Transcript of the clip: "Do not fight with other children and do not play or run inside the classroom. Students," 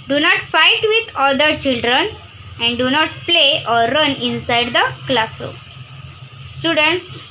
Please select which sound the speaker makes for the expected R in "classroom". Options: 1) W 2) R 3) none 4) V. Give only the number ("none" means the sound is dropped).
3